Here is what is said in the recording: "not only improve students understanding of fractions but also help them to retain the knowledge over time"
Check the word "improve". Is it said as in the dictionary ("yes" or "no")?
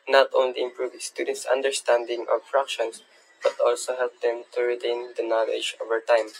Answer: yes